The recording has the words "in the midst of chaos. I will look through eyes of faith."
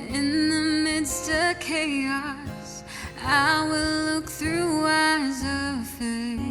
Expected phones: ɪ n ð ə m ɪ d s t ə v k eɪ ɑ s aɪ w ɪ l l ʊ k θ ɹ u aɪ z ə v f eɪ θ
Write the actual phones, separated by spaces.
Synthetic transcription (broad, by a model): ɪ n ð ə m ɪ d s t ə v k eɪ ɑ s aɪ w ɪ l l ʊ k θ ɹ u aɪ z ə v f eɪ